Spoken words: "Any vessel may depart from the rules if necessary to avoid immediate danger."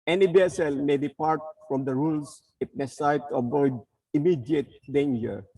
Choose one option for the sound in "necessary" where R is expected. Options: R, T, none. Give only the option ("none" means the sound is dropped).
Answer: none